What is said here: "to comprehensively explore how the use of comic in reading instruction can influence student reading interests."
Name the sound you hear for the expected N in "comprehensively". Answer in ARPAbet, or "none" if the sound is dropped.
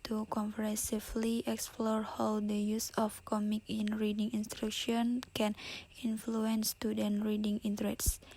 none